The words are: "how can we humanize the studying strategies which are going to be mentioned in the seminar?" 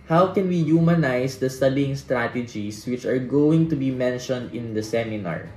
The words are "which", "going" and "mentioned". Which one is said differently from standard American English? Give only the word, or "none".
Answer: none